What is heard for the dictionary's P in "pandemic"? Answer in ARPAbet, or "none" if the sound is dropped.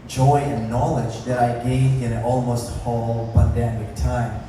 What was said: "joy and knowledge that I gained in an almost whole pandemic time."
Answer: B